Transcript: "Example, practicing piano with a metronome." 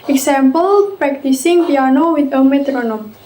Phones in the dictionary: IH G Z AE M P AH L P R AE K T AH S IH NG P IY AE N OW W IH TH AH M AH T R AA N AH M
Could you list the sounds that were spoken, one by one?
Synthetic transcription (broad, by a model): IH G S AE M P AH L P R AE K T AH S IH NG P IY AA N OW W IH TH AH M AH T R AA N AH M